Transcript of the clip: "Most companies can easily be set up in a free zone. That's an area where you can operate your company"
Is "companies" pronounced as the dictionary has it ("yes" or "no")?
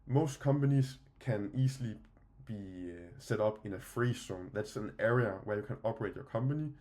no